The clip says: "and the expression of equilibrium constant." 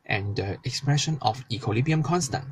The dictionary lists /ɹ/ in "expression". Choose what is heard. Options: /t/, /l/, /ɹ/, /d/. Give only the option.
/ɹ/